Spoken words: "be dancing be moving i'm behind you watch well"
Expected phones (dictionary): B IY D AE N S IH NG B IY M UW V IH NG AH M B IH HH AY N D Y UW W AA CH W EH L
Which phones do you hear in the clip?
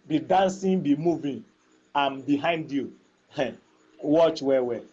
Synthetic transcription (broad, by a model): B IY D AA N S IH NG B IY M UW V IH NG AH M B IH HH AY N D Y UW W AA CH W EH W